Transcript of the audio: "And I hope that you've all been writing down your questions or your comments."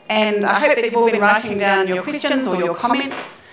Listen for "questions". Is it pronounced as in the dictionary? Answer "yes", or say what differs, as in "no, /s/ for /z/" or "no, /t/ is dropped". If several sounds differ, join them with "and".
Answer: yes